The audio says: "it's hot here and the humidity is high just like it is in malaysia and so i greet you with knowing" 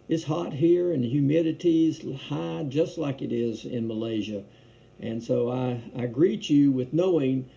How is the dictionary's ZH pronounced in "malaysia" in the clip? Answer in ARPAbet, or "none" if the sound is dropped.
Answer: ZH